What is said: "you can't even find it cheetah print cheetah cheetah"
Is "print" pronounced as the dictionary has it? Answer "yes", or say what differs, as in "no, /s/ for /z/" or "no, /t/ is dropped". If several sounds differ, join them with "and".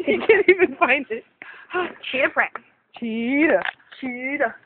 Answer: no, /n/ is dropped